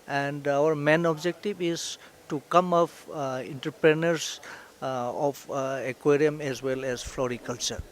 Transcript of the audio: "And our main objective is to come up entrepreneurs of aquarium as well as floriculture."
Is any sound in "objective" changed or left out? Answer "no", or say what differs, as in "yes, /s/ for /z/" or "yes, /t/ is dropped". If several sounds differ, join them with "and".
yes, /b/ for /v/